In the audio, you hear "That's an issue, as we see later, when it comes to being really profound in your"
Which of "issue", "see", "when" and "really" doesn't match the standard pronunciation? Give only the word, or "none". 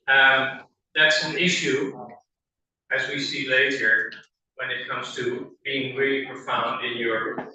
really